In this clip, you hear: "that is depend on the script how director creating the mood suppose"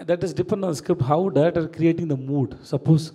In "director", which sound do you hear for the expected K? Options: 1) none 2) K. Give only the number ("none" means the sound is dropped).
1